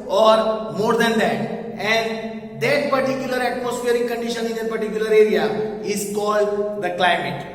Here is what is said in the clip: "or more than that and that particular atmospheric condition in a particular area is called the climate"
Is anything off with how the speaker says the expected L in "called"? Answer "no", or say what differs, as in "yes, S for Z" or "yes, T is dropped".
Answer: no